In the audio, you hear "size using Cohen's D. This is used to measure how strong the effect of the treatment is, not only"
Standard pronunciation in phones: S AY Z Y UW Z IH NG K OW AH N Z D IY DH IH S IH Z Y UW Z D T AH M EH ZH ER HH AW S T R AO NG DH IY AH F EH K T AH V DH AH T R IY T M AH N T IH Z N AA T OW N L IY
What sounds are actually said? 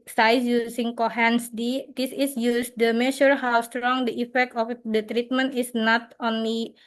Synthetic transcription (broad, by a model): S AY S Y UW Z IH NG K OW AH N S D IY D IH S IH S Y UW S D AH M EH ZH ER HH AW S T R AO NG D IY AH F EH K T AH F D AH T R IY T M AH N T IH S N AA T OW N L IY